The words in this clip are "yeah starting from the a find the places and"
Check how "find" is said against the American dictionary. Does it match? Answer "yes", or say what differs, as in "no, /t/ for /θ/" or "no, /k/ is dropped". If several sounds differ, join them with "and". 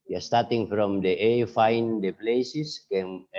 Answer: yes